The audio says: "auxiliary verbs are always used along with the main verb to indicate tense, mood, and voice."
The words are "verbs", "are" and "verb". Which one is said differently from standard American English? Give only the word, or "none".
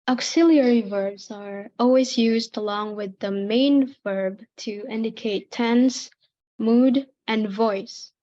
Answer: none